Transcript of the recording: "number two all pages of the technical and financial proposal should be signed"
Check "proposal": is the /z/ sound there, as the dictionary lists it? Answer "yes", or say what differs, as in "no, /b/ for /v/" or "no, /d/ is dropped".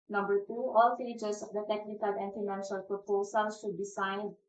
no, /s/ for /z/